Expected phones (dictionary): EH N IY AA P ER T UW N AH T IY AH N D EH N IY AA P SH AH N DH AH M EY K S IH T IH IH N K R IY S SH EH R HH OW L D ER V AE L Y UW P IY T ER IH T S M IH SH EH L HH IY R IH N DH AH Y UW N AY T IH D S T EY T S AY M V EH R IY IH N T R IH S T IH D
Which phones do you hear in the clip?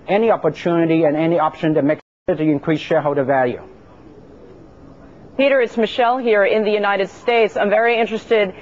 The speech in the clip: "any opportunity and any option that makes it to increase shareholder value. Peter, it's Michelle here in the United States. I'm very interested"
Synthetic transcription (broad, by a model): EH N IY AA P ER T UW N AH T IY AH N EH N IY AA P SH AH N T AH M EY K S IH T IH IH N K R IY S SH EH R HH OW D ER V AE L Y UW P IY T ER IH T S M IH SH EH L HH IY R IH N DH AH Y UW N AY T IH D S T EY T S AY M V EH R IY IH N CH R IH S T IH D